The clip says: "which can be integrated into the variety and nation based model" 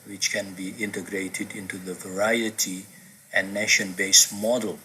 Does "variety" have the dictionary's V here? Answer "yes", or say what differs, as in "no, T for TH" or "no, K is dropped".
yes